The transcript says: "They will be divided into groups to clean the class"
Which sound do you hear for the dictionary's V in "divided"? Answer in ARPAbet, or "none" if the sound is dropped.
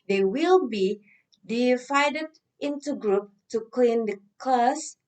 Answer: F